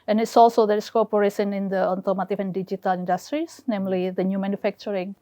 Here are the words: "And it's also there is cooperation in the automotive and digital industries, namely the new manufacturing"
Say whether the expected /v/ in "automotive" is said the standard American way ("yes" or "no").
no